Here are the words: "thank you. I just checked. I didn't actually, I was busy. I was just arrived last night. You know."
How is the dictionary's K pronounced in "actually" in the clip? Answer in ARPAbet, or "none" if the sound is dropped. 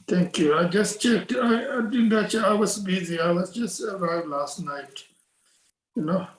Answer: none